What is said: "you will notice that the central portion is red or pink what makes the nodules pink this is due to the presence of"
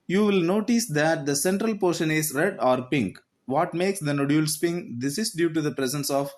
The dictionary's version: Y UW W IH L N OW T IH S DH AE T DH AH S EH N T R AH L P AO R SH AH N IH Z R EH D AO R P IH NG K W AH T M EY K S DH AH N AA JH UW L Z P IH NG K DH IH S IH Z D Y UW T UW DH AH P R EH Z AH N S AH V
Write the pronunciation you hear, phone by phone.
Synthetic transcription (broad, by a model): Y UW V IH L N OW T IH S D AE T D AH S EH N T R AH L P AO R SH AH N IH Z R EH D AO R P IH NG K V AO T M EY K S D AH N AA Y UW L S P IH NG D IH S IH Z D Y UW T UW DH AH P R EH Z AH N S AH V